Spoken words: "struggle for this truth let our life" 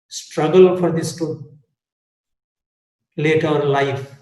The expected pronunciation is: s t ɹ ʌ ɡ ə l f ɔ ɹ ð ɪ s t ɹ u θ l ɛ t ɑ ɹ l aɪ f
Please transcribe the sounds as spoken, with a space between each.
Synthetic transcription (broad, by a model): s t ɹ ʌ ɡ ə l f ɔ ɹ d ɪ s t u l ɛ t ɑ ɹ l aɪ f